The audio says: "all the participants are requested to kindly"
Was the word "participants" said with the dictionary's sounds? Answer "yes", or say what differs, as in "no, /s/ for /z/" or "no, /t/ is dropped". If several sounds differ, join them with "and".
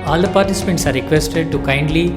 yes